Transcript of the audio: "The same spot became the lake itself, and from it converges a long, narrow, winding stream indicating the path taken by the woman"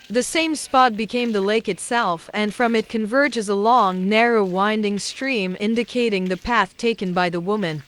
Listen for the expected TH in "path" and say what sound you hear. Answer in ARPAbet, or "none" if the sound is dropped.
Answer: TH